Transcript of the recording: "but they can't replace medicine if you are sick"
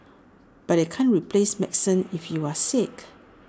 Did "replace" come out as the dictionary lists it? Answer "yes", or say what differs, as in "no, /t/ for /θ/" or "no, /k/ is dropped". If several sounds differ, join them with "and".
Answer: yes